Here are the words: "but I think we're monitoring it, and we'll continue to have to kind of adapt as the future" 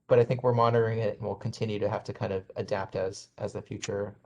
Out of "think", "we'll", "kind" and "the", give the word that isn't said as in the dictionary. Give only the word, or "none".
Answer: none